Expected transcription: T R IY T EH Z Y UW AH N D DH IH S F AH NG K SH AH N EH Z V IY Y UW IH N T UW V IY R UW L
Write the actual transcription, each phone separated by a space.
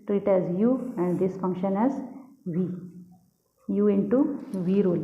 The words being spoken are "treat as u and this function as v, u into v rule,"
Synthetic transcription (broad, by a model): T R IY T EH Z Y UW AH N D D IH S F AH NG K SH AH N EH Z V IY Y UW IH N T UW V IY R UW L